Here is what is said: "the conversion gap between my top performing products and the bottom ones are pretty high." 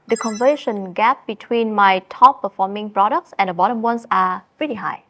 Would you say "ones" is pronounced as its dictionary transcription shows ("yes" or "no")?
no